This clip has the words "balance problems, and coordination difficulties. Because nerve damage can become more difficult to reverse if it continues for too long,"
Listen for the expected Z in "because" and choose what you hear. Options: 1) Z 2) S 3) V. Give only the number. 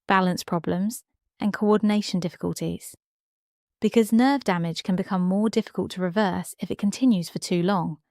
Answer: 1